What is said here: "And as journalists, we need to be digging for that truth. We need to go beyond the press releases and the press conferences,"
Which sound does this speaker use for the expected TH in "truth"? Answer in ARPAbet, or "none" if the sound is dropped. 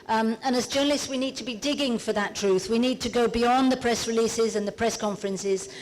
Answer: TH